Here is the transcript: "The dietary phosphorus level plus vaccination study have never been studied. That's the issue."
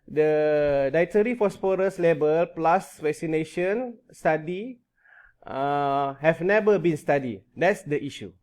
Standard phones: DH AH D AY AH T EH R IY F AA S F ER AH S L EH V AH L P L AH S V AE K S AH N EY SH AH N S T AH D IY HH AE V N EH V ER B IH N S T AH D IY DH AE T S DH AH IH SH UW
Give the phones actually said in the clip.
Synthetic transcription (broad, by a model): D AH D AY T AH R IY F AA S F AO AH S L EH B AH L P L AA S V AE K S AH N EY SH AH N S T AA D IY HH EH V N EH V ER B IH N S T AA D IY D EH T S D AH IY SH UW